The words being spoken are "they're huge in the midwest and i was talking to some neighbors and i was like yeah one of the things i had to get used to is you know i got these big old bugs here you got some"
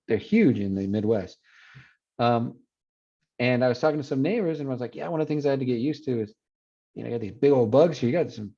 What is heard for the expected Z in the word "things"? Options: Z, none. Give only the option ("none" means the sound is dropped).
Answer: Z